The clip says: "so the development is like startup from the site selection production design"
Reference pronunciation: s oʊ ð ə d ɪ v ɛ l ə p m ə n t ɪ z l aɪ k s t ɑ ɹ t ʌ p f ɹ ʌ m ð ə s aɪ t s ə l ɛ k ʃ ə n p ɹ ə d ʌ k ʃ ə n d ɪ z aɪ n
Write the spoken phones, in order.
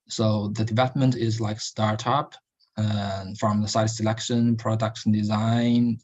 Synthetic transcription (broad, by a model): s oʊ ð ə d ɪ v ɛ l ə p m ə n t ɪ z l aɪ k s t ɑ ɹ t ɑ p f ɹ ʌ m ð ə s aɪ t s ə l ɛ k ʃ ə n p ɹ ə d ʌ k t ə n d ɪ z aɪ n